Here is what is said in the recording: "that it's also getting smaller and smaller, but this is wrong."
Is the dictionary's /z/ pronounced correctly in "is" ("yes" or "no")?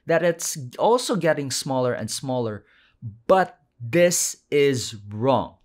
yes